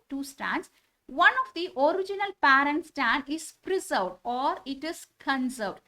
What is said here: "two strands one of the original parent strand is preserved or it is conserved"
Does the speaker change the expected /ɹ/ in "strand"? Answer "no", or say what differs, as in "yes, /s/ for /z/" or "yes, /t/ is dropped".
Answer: yes, /ɹ/ is dropped